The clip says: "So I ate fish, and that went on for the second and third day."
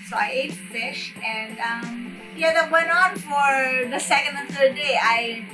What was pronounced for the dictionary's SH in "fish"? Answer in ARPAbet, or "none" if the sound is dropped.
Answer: SH